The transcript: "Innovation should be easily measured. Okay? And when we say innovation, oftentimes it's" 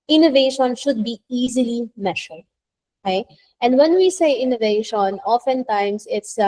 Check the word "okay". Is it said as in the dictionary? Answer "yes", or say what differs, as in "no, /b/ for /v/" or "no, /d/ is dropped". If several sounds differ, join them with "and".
no, /k/ is dropped